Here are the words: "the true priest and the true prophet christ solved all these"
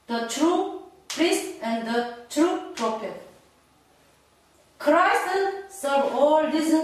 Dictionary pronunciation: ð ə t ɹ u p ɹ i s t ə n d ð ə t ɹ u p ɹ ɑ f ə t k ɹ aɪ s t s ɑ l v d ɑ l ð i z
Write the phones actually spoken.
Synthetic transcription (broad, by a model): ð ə t ɹ u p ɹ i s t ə n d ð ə t ɹ u p ɹ ɑ f ə t k ɹ aɪ s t s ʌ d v ɑ l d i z